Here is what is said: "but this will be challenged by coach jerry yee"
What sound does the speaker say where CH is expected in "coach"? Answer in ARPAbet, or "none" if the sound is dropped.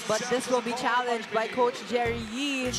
CH